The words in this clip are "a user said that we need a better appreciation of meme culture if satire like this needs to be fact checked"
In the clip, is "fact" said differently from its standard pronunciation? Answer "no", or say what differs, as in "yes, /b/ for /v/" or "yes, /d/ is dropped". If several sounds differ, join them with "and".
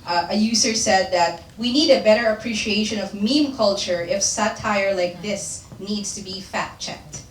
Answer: yes, /k/ is dropped